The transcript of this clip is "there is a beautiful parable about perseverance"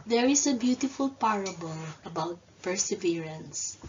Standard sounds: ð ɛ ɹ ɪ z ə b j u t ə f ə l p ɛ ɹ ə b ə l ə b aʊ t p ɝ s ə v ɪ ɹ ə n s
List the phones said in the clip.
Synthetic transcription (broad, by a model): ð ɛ ɹ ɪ s ə b j u t ə f ə l p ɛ ɹ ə b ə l ə b aʊ t p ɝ s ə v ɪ ɹ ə n s